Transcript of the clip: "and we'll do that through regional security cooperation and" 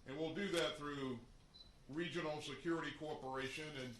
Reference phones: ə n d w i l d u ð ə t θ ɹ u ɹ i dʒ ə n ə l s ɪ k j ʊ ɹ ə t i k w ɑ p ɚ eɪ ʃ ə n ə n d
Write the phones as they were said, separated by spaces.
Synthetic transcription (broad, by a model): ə n w i l d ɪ ð ə t θ ɹ u ɹ i dʒ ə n l s ɪ k j ʊ ɹ ə t i k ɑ p ɚ eɪ ʃ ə n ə n